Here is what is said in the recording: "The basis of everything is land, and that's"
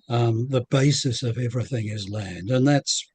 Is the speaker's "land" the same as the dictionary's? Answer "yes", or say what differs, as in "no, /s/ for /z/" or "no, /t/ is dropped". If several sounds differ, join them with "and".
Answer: yes